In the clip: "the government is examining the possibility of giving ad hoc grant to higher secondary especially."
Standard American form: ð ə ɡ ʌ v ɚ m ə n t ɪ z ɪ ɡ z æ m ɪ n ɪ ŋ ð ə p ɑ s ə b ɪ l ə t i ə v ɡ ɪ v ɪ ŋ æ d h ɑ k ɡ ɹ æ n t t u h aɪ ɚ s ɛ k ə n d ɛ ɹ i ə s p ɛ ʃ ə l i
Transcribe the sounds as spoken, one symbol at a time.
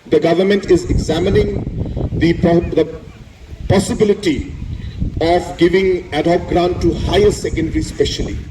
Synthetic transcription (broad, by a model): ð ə ɡ ʌ v ɚ m ə n t ɪ z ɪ ɡ z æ m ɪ n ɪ ŋ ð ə p ɑ s ə b ɪ l ə t i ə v ɡ ɪ v ɪ ŋ æ d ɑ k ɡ ɹ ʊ n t t u h aɪ ɚ s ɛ k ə n d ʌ ɹ i s p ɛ ʃ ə l i